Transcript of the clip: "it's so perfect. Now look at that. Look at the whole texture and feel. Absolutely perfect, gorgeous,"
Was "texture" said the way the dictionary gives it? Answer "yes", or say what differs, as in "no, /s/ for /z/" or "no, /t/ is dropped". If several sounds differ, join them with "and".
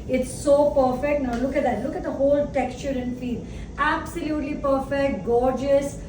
yes